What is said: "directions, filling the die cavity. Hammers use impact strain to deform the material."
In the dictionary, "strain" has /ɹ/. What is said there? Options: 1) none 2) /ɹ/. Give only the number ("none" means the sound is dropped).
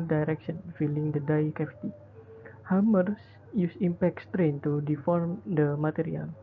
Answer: 2